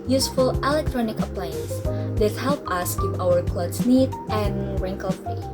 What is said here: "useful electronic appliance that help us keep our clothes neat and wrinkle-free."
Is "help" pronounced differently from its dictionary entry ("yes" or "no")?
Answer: no